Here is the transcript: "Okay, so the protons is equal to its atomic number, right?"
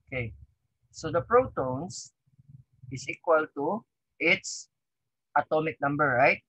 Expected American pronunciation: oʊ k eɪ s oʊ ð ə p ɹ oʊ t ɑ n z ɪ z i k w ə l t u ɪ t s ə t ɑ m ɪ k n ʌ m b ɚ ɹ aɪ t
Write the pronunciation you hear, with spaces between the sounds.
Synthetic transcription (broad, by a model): k eɪ s oʊ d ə p ɹ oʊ t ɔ n s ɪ s i k w ə l t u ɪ t s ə t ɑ m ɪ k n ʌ m b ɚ ɹ aɪ t